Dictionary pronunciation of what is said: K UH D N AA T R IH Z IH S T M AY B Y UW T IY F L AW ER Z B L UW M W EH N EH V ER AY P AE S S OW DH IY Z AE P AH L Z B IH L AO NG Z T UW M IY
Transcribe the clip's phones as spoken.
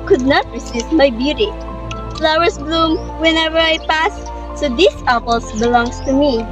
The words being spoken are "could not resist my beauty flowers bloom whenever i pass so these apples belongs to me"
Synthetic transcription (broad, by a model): K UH D N AA T R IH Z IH S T M AY B Y UW T IY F L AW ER S B L UW M W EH N EH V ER AY P AE S S OW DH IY S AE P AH L S B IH L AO NG S T UW M IY